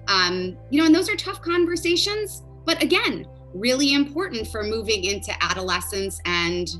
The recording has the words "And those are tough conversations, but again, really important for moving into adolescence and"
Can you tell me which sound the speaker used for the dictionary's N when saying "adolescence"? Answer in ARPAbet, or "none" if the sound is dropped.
N